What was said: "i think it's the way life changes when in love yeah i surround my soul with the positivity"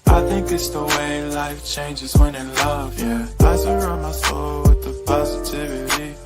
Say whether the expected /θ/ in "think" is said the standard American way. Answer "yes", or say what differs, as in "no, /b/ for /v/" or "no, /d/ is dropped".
yes